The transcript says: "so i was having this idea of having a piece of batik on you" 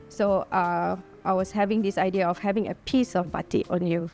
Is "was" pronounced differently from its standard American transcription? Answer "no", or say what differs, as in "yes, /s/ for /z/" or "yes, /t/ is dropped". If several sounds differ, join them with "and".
yes, /s/ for /z/